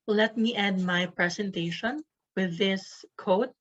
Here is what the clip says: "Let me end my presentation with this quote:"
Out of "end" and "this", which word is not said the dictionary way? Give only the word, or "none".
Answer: end